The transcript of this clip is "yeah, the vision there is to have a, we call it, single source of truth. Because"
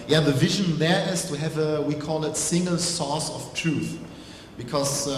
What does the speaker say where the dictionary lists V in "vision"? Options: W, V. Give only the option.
V